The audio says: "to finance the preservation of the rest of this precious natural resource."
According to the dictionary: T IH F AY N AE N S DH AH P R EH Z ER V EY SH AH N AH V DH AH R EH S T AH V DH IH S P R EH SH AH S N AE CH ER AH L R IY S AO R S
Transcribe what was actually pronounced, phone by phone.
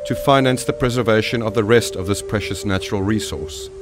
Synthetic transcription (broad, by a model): T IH F AY N AE N S DH AH P R EH Z ER V EY SH AH N AH V DH AH R EH S T AH V DH IH S P R EH SH AH S N AE CH ER AH L R IY S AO R S